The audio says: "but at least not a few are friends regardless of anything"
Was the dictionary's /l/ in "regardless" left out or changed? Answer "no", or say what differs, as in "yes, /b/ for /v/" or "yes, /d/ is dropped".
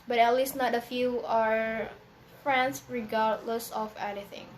no